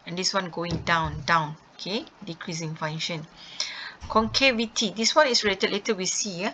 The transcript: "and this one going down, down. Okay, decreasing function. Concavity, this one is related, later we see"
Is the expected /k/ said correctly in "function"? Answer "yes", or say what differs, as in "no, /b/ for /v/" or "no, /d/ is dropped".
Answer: no, /k/ is dropped